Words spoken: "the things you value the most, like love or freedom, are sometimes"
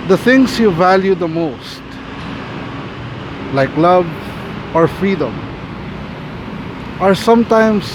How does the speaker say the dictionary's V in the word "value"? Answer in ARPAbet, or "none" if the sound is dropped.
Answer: V